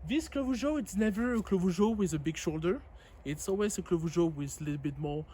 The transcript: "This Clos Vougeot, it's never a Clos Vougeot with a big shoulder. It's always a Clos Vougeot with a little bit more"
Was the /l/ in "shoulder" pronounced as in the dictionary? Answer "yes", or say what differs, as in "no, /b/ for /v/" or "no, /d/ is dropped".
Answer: yes